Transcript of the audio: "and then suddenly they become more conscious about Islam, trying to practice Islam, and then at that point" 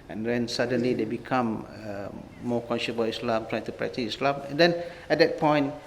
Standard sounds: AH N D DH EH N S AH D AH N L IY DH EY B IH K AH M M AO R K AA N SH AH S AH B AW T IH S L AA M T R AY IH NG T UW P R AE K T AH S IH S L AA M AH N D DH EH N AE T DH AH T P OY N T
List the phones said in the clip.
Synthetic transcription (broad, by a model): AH N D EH N S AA D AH N L IY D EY B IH K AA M M AO K AA N SH AH S B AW IH S L AA M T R AY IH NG T UW P R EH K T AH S IH S L AA M AH N D EH N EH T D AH T P OY N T